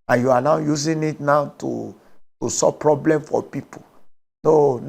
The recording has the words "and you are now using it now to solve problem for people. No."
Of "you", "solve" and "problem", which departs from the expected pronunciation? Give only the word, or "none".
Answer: solve